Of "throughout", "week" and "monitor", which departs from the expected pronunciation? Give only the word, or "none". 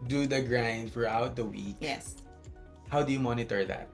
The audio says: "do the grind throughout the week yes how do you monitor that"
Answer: throughout